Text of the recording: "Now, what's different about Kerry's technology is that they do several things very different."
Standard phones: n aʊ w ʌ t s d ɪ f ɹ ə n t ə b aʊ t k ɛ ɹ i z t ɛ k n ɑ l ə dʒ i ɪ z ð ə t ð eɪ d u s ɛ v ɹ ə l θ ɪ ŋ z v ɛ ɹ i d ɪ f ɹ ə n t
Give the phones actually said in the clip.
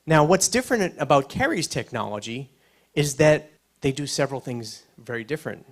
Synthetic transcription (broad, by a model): n aʊ w ʌ t s d ɪ f ɹ ə n t ə b aʊ t k ɛ ɹ i z t ɛ k n ɑ l ə dʒ i ɪ z ð ə t ð eɪ d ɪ s ɛ v ɹ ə l θ ɪ ŋ z v ɛ ɹ i d ɪ f ɹ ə n t